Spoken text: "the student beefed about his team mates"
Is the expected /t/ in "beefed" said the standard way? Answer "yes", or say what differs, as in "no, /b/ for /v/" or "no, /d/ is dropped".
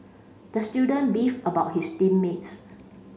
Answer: no, /t/ is dropped